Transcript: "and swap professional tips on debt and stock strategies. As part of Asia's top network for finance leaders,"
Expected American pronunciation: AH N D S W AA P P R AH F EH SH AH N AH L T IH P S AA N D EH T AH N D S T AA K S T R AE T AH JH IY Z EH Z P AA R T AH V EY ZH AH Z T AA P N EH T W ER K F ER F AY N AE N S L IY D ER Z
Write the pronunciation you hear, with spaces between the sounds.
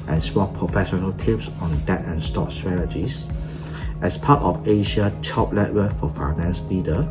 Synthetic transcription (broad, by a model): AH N S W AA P P R AH F EH SH AH N AH L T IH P S AA N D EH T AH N S T AA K S T R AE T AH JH IY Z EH S P AA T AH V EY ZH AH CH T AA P L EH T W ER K F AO F AY N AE N S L IY D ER